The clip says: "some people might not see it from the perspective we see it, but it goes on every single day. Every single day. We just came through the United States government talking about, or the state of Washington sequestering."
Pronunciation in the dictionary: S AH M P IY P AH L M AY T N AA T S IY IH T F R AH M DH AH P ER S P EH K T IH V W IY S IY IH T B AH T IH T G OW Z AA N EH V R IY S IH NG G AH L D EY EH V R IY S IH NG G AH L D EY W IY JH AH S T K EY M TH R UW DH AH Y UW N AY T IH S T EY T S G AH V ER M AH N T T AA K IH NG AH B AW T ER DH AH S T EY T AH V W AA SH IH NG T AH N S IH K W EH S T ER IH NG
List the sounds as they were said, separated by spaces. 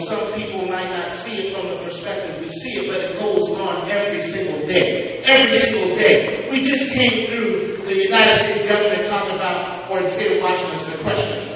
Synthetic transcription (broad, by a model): S AH M P IY P L M AY T N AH T S IY IH T F R AH M DH AH P ER S P EH K T IH V W IY S IY IH T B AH T IH T G OW Z N EH V R IY S IH NG G L D EY EH V R IY S IH NG G L D EY W IY JH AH S K EY M TH R UW DH AH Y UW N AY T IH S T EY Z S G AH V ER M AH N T T AA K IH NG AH B AW T ER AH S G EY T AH W AA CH IH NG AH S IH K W EH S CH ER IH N